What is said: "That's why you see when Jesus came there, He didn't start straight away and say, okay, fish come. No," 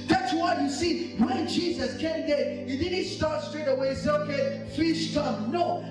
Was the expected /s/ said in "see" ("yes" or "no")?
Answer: yes